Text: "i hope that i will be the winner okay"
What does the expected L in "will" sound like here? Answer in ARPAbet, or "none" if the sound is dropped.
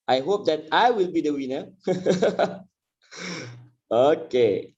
L